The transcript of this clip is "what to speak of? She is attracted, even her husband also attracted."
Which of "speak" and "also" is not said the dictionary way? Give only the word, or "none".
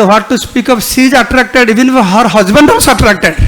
also